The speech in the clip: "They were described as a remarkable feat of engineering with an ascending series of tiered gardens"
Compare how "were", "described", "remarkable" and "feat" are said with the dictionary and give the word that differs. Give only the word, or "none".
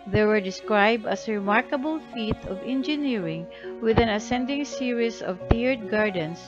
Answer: none